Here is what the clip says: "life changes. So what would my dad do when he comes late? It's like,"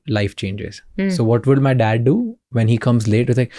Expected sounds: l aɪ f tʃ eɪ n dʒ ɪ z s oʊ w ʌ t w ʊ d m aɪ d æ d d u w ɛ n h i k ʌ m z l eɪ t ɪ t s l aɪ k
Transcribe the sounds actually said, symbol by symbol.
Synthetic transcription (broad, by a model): l aɪ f tʃ eɪ n dʒ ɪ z s oʊ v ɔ t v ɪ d m aɪ d æ d d u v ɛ n h i k ʌ m z l eɪ t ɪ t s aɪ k